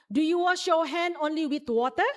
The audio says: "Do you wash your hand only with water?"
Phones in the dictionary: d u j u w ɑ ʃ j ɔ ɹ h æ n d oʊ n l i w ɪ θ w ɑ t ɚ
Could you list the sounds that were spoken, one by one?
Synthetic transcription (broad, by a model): d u j u w ɑ ʃ ɔ h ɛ n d oʊ n l i w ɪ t w ɑ t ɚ